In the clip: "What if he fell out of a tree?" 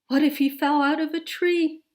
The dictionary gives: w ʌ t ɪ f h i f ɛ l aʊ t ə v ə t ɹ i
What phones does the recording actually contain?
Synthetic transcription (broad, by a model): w ʌ t ɪ f h i f ɛ l aʊ t ə v ə t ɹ i